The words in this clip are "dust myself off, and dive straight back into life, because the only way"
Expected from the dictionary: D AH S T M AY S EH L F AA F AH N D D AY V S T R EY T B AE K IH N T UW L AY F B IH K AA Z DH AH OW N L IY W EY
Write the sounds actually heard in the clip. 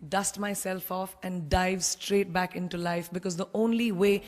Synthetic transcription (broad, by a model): D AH S T M AY S EH L F AA F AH N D D AY V S T R EY T B AE K IH N T UW L AY F B IH K AA Z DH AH OW N L IY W EY